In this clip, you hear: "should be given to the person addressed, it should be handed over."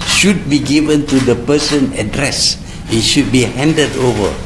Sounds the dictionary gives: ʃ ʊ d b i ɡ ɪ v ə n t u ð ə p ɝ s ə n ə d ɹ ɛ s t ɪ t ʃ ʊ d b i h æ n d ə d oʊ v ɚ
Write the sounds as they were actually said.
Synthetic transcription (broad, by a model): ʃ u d b i ɡ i v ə n t u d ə p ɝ s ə n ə d ɹ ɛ s ɪ t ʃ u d b i h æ n d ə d oʊ v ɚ